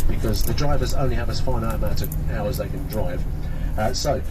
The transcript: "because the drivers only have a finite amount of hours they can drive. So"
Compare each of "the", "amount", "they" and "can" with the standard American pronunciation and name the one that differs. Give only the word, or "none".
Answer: amount